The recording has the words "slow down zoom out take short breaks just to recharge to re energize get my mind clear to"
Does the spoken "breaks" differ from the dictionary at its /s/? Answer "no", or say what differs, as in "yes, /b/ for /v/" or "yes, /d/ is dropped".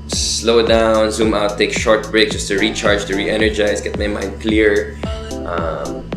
yes, /s/ is dropped